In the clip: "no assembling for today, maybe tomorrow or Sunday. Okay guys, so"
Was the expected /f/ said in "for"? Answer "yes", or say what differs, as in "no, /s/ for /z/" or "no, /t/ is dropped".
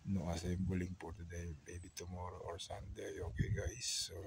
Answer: no, /p/ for /f/